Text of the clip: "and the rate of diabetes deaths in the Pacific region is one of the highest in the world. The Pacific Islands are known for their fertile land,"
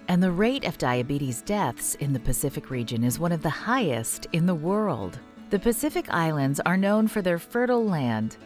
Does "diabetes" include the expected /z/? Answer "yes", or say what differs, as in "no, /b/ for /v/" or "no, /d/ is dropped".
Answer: yes